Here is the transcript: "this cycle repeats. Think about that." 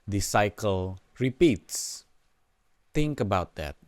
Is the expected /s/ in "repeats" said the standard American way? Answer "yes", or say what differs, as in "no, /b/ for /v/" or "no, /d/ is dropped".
yes